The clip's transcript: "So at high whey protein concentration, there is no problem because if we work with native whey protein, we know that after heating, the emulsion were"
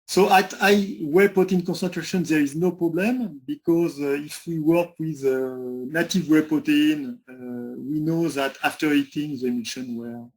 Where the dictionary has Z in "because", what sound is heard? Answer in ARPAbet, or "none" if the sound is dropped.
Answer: Z